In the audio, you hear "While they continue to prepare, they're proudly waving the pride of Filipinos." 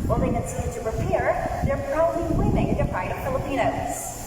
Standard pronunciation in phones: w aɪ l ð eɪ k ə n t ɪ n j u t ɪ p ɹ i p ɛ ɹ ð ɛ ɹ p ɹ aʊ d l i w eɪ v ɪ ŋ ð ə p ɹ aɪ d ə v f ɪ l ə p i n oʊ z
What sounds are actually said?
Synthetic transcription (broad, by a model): w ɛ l ð eɪ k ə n s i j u t ɪ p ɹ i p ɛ ɹ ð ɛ ɹ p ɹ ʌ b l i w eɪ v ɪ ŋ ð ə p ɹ aɪ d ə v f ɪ l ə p i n oʊ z